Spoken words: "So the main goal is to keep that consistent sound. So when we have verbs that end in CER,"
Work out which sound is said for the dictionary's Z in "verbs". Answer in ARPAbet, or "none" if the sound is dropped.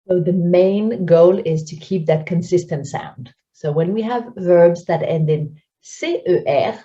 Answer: Z